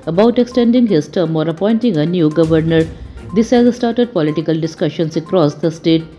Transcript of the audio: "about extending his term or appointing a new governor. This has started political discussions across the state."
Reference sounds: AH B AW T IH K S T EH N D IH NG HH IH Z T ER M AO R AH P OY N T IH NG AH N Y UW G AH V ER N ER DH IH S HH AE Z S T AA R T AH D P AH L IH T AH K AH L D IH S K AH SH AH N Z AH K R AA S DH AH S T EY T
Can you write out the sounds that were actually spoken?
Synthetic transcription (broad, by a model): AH B AW T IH K S T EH N D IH NG HH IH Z T ER M AO R AH P OY N T IH NG AH N Y UW G AH V ER N ER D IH S HH AE Z S T AA R T AH D P AH L IH T AH K AH L D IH S K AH SH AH N S AH K R AA S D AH S T EY T